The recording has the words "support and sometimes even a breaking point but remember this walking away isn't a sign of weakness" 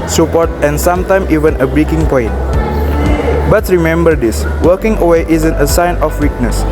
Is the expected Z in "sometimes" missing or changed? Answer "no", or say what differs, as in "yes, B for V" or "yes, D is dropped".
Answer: yes, Z is dropped